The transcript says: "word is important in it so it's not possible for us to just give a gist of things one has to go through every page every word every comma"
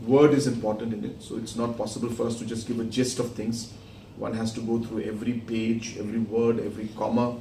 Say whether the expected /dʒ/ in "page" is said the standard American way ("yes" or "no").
yes